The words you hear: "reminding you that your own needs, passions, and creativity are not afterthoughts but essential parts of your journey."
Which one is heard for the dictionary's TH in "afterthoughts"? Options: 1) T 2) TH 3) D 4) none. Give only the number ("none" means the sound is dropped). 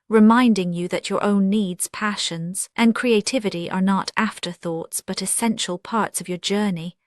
2